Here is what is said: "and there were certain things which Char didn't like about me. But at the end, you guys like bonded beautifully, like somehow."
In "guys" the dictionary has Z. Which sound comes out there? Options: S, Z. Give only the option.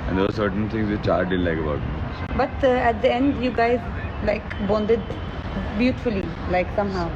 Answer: Z